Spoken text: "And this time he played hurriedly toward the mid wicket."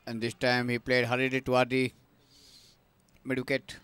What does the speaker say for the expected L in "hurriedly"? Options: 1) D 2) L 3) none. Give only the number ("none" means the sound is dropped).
3